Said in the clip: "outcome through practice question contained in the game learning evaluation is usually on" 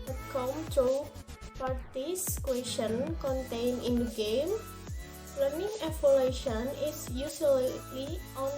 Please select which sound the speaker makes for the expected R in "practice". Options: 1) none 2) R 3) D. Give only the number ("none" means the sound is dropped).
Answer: 1